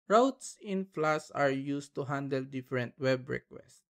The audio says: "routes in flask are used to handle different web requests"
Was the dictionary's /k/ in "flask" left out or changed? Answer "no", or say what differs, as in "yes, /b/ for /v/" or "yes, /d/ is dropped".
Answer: yes, /k/ is dropped